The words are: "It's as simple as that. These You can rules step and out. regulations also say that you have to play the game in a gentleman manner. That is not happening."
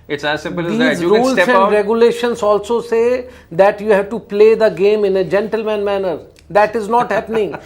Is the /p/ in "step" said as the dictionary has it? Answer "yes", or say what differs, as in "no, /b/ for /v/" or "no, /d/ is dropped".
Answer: no, /p/ is dropped